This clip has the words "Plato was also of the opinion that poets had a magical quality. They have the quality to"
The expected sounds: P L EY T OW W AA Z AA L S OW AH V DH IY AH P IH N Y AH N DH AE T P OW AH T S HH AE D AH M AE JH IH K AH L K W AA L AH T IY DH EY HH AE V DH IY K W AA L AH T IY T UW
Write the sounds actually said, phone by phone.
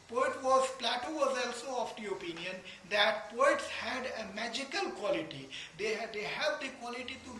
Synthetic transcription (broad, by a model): P L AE T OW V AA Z AA L S OW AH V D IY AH P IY N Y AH N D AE T P OW AH T S HH AE D AH M AE JH IH K AH L K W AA L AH T IY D EY HH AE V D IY K W AA L AH T IY T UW